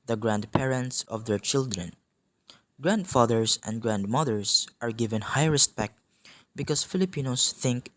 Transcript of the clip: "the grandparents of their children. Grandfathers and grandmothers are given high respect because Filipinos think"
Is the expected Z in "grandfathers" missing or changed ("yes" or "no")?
yes